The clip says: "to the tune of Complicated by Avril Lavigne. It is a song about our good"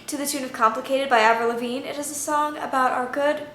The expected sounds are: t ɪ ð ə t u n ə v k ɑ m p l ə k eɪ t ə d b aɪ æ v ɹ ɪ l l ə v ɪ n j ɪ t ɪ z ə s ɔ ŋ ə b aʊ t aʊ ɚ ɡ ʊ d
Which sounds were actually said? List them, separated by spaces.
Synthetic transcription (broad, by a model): t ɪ ð ə t u n ə v k ɑ m p l ə k eɪ t ə d b aɪ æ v ɪ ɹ l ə v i n ɪ t ɪ z ə s ɔ ŋ ə b aʊ t aʊ ɚ ɡ ʊ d